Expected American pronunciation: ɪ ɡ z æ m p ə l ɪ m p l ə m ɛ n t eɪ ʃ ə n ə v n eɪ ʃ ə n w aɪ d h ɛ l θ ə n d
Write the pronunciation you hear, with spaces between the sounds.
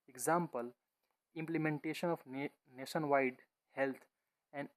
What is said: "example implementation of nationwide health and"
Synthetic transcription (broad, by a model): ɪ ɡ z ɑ m p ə l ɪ m p l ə m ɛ n t eɪ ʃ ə n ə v n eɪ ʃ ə n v aɪ d h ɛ l t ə n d